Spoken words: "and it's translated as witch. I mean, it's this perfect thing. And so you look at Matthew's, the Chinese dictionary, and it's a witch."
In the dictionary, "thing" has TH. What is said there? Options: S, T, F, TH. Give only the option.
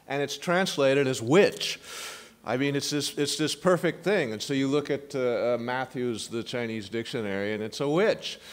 TH